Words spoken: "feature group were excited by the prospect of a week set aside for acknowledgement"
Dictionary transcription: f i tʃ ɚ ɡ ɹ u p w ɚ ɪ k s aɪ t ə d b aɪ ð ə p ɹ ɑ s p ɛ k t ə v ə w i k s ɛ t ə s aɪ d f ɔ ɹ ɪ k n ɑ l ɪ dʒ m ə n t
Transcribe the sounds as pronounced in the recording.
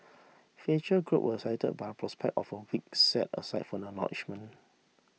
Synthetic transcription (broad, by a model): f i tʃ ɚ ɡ ɹ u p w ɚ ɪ s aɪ t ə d b aɪ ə p ɹ ɑ s p ɛ k t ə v ə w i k s ɛ t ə s aɪ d f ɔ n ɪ n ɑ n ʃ m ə n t